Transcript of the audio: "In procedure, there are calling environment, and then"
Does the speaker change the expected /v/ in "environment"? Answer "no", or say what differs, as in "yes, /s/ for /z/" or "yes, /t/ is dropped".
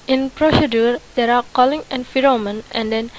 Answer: yes, /f/ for /v/